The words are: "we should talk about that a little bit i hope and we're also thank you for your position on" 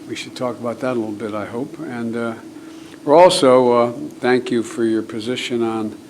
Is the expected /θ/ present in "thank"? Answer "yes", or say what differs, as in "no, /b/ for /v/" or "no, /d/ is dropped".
yes